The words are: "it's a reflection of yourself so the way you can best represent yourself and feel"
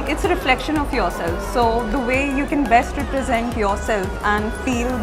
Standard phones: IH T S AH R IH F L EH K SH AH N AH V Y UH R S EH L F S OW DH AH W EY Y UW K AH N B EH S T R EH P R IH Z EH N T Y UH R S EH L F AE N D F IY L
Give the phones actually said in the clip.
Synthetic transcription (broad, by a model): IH T S AH R IH F L EH K SH AH N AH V Y UH R S EH L F S OW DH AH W EY Y UW K AH N B EH S T R EH P R IH Z EH N T Y UH R S EH L F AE N D F IY L